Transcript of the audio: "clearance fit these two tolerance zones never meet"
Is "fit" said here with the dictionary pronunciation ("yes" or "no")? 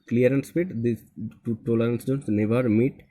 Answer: no